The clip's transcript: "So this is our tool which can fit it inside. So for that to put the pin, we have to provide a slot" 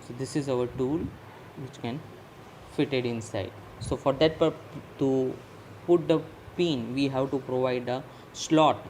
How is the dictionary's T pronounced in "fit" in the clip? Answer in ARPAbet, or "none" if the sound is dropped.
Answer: T